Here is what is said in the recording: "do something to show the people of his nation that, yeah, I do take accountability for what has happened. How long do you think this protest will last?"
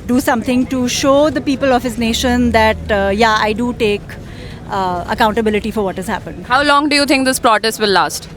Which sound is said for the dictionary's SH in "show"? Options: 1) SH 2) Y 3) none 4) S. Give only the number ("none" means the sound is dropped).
1